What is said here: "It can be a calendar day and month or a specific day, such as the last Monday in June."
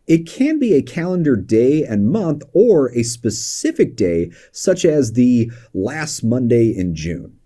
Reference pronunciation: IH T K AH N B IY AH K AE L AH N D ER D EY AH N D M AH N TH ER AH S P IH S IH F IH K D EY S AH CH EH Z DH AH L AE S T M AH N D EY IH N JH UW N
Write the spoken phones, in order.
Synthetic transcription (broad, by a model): IH T K AH N B IY AH K AE L AH N D ER D EY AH N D M AH N TH ER AH S P IH S IH F IH K D EY S AH CH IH Z DH AH L AE S T M AH N D EY IH N JH UW N